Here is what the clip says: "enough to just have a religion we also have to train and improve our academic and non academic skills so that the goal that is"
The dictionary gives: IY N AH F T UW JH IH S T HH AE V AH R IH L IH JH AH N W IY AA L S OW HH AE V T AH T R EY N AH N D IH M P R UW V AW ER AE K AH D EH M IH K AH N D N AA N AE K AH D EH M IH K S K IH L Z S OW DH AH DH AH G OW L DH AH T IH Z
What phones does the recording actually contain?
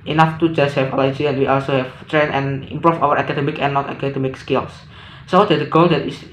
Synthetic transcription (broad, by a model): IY N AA F T UW JH IH S T HH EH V AH L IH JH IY AH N W IY AA L S OW HH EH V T T R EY N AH N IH M P R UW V AW ER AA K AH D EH M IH K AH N N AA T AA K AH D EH M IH K S K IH L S S OW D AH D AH G OW L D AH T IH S